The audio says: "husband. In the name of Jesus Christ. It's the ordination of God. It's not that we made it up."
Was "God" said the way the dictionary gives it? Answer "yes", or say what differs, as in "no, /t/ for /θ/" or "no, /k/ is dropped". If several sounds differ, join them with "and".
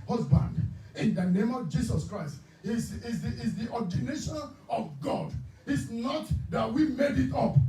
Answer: yes